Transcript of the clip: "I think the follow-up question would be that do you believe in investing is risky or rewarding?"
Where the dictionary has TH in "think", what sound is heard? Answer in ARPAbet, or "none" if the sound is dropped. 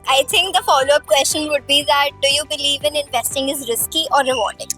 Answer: T